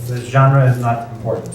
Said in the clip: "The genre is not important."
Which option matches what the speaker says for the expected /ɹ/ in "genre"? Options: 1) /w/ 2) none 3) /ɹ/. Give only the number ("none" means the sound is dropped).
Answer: 3